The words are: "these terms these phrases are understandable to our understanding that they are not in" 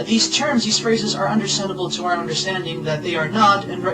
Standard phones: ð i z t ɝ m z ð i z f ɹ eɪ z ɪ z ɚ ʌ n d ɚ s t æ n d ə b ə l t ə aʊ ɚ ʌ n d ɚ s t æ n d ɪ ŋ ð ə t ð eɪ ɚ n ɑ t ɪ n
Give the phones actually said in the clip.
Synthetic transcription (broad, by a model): ð i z t ɝ m z ð i z f ɹ eɪ z ɪ z ɚ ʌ n d ɚ s t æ n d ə b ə l t ə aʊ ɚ ʌ n d ɚ s t æ n d ɪ ŋ ð ə t ð eɪ ɚ n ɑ t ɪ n